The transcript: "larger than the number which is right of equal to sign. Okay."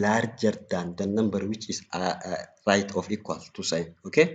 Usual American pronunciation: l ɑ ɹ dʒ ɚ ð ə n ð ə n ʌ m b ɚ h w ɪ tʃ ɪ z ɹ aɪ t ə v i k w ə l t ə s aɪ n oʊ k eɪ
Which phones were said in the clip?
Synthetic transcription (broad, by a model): l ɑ ɹ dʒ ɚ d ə n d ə n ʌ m b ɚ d w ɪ tʃ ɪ s ɹ aɪ t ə f i k w ə l t ə s aɪ n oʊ k eɪ